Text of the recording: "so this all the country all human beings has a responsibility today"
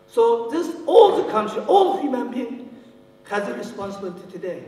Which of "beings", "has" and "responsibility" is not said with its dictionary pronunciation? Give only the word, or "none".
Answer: beings